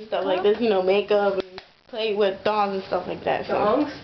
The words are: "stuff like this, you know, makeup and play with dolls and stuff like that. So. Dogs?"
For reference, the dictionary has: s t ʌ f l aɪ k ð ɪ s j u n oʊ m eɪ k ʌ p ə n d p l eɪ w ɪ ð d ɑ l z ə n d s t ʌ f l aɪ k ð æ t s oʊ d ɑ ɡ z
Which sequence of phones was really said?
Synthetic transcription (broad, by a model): s t ʌ f l aɪ k ð ɪ s j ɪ n oʊ m eɪ k ʌ p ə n p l eɪ w ɪ ð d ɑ z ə n s t ʌ f l aɪ k ð æ t s oʊ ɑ